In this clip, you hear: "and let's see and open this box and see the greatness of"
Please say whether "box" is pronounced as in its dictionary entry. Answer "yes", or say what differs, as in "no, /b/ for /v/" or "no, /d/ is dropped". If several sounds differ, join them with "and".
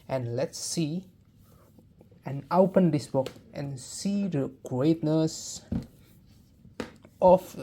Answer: no, /s/ is dropped